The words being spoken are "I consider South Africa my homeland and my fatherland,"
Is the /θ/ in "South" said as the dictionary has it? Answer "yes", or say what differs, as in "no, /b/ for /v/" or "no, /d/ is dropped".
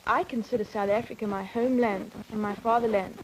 yes